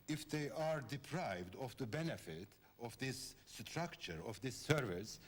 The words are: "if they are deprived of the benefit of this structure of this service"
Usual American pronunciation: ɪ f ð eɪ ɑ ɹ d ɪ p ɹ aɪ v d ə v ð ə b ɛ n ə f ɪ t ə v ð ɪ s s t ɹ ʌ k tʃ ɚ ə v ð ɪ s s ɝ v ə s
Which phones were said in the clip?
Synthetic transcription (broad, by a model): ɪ f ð eɪ ɑ ɹ d ɪ p ɹ aɪ v d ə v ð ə b ɛ n ə f ɪ t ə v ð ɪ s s t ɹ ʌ k tʃ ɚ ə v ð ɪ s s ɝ v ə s